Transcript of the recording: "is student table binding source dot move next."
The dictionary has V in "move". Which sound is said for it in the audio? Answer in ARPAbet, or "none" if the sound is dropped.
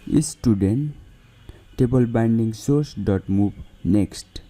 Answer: B